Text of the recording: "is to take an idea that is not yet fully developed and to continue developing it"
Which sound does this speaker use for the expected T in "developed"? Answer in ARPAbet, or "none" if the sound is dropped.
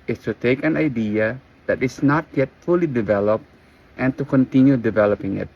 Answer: T